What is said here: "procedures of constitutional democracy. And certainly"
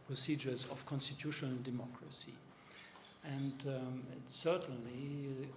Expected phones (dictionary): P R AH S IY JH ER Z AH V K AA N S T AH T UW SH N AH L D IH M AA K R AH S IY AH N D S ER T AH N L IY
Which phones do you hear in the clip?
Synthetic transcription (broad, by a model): P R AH S IY JH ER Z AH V K AA N S T AH T UW SH N AH L D IH M AA K R AH S IY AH N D S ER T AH N L IY